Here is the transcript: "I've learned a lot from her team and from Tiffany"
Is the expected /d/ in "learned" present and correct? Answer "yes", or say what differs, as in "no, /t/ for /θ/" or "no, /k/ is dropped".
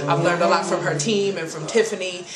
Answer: yes